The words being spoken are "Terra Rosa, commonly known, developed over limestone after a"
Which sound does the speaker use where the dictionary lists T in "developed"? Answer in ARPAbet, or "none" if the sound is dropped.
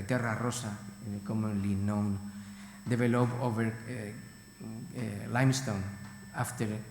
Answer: none